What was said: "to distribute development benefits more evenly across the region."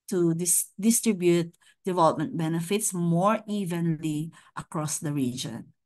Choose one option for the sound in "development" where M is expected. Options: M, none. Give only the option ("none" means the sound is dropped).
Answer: M